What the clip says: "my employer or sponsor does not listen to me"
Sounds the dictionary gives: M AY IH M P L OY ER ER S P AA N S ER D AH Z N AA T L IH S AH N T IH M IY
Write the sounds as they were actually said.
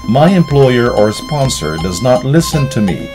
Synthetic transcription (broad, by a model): M AY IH M P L OY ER ER S P AA N S ER D AH Z N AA T L IH S AH N T IH M IY